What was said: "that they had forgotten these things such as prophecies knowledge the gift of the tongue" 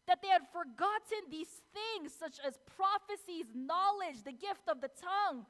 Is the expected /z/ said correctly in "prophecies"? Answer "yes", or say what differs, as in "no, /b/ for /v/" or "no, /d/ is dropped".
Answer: yes